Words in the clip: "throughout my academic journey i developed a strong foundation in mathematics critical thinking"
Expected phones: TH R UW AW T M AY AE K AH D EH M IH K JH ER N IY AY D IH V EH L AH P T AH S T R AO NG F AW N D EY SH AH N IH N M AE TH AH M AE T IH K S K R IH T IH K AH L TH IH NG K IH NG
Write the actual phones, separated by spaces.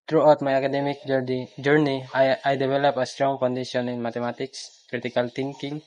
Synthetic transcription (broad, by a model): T R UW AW T M AY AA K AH D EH M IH K JH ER N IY AY D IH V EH L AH P AH S T R AO NG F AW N D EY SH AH N IH N M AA T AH M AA T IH K S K R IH T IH K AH L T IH NG K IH NG